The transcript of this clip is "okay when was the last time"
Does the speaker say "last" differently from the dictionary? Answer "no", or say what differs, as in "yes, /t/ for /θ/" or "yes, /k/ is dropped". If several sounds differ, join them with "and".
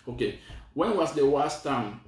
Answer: yes, /w/ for /l/